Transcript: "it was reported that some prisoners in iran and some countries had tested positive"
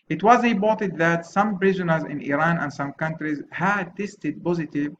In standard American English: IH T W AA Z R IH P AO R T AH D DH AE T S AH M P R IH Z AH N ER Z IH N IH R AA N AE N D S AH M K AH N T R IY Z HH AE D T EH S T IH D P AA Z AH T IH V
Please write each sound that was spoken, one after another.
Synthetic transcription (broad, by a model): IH T W AA Z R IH B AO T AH D DH AE T S AH M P R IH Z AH N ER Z IH N IH R AA N AE N D S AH M K AH N T R IY Z HH AE D T EH S T IH D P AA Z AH T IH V